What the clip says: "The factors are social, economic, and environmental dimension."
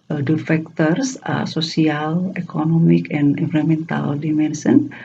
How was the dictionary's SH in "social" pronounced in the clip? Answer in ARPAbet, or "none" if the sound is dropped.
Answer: S